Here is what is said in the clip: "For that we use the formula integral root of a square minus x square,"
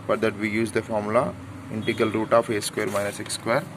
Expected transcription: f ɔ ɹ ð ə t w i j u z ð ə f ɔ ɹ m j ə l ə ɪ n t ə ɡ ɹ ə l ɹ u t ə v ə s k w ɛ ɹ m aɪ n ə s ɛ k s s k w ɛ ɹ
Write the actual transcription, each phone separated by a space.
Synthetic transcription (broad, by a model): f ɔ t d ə t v i j u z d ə f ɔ ɹ m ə l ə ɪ n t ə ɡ ə l ɹ u t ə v ə s k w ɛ ɹ m aɪ n ə s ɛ k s s k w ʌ ɹ